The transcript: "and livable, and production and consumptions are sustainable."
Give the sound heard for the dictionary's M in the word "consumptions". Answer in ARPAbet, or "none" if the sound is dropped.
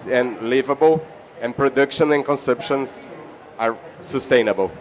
none